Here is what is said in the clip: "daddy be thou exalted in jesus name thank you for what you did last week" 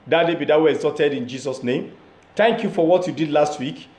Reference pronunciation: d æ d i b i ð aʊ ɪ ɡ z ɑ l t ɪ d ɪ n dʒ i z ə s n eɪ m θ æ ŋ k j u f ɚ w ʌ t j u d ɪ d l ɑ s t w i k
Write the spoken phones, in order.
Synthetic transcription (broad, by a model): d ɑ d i b i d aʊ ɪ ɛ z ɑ t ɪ d ɪ n dʒ i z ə s n eɪ m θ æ ŋ k j u f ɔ w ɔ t j u d ɪ d l ɑ s t w i k